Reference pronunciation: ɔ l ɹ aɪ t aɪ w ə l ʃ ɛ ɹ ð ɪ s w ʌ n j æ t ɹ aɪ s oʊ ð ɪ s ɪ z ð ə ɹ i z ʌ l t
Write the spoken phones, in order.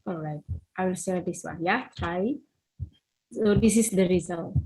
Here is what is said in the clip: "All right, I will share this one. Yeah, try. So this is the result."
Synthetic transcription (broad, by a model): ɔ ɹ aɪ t aɪ w ə l s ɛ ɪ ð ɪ s w ʌ n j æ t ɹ aɪ s oʊ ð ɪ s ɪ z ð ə ɹ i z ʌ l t